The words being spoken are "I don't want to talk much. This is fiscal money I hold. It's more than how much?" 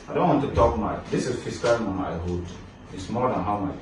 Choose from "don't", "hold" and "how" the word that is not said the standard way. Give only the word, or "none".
hold